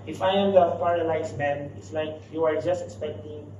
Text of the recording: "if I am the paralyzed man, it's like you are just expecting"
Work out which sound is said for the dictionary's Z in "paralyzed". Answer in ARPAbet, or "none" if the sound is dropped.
S